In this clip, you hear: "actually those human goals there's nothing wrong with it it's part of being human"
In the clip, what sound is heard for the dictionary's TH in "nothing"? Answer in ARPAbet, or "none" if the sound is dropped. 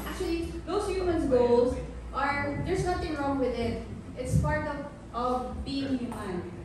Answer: T